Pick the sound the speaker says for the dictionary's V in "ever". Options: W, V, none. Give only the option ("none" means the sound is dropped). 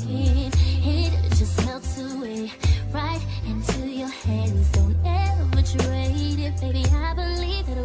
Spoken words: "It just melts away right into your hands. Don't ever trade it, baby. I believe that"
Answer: W